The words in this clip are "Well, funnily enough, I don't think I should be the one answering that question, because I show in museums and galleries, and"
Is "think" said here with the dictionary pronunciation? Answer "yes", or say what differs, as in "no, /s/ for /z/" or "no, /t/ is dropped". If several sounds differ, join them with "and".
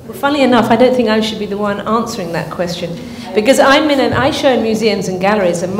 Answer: yes